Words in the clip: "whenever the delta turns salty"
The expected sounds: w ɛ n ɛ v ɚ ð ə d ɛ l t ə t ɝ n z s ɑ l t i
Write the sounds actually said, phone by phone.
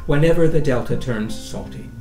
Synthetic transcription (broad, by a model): w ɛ n ɛ v ɚ ð ə d ɛ l t ə t ɝ n z s ɑ l t i